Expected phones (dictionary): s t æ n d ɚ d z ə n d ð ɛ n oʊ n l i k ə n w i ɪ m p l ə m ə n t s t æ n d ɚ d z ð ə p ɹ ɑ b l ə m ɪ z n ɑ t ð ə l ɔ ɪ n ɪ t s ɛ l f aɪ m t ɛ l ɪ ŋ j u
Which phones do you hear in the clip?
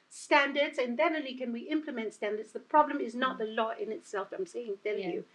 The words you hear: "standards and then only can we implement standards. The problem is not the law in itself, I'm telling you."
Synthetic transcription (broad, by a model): s t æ n d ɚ d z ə n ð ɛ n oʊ l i k ə n w i ɪ m p l ə m ə n t s t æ n d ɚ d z ð ə p ɹ ɑ b l ə m ɪ z n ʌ t ð ə l ɔ ɪ n ɪ t s ɛ l f aɪ m s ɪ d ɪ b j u